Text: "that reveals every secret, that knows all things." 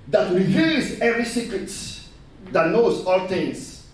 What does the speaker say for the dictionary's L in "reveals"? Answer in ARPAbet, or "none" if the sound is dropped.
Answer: none